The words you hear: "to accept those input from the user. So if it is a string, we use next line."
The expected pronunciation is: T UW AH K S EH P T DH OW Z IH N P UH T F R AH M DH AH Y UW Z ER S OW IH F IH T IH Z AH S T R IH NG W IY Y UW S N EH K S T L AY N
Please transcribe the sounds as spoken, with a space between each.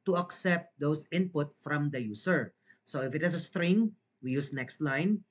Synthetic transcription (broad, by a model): T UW AH K S EH P T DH OW S IH N P UH T F R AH M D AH Y UW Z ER S OW IH F IH T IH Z AH S T R IH NG W IY Y UW S N EH K S T L AY N